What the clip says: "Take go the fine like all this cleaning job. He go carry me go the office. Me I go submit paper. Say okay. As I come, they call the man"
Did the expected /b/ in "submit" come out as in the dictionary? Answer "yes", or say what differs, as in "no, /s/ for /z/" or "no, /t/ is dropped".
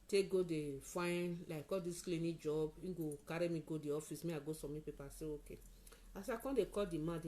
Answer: no, /b/ is dropped